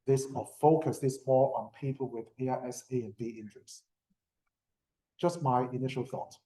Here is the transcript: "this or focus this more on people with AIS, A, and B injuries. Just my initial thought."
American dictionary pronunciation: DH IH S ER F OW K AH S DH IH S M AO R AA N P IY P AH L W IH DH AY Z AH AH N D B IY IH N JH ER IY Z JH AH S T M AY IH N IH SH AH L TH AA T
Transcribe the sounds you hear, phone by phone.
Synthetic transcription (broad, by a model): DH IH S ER F OW K AH S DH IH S M AO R AA N P IY P AH L W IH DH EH S AH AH N B IY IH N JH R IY S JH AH S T M AY IH N IH SH AH L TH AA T